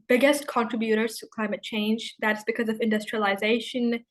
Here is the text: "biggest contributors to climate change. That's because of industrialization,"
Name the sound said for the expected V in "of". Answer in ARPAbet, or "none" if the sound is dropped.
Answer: V